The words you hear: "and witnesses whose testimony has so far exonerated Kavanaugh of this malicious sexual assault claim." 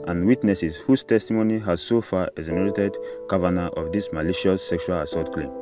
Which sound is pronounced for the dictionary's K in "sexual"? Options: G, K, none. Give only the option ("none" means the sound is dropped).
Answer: K